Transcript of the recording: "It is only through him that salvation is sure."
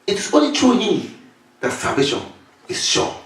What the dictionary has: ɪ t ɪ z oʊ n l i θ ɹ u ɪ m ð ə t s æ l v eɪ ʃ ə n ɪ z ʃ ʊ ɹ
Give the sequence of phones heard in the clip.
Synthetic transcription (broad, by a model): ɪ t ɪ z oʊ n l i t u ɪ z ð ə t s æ v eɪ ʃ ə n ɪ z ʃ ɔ